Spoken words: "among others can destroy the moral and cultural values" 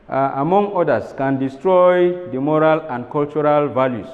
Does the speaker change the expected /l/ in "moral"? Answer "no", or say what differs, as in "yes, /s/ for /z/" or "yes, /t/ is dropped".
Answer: no